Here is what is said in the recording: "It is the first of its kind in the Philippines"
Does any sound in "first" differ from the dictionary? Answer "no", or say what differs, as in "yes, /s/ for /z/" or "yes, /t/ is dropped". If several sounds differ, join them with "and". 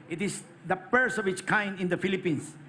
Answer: yes, /p/ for /f/ and /t/ is dropped